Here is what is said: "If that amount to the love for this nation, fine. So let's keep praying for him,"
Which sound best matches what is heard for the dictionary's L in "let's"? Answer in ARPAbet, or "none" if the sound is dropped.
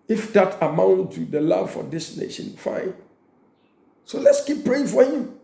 L